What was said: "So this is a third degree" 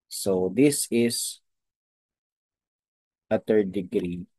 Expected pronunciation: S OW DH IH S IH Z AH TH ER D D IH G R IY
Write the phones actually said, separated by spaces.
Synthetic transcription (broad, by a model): S OW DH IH S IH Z AH T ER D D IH G R IY